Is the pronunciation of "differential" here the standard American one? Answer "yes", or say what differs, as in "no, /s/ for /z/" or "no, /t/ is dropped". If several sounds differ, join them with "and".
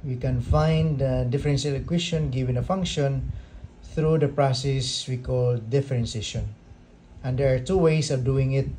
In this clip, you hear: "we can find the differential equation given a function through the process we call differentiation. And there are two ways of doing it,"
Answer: no, /s/ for /ʃ/